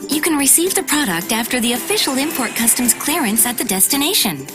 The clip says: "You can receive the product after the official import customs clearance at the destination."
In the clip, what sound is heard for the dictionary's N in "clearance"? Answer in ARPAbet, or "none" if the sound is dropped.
N